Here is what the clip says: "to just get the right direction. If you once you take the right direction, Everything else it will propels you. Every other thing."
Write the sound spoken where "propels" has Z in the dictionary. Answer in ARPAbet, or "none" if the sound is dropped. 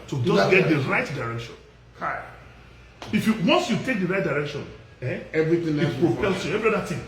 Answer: S